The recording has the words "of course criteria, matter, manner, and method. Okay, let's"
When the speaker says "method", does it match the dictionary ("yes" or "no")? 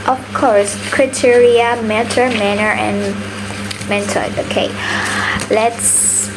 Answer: no